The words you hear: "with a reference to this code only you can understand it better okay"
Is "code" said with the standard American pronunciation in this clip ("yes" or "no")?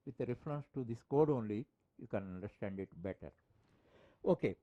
yes